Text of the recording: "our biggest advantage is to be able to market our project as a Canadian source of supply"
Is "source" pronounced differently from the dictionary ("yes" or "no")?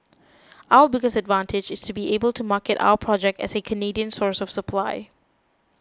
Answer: no